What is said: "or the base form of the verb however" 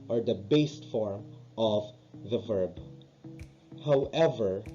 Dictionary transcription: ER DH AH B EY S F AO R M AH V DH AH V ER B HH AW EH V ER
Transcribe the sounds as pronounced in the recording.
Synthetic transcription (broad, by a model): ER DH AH B EY S F AO R M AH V DH AH V ER B HH AW EH V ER